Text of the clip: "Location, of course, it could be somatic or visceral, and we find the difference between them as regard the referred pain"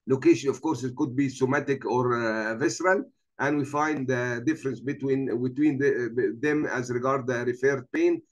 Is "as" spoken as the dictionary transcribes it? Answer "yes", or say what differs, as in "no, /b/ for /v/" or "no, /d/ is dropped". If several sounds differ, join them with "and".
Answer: yes